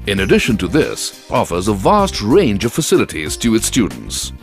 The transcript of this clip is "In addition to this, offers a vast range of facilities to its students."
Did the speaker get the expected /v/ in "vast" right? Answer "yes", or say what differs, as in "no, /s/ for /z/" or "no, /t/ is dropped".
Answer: yes